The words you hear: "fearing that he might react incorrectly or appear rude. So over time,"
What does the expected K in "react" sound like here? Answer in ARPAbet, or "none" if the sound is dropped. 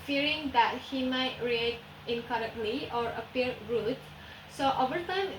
none